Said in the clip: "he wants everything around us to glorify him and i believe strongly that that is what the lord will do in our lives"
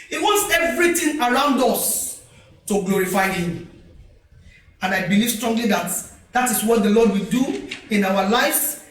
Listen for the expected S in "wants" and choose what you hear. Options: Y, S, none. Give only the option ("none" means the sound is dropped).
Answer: S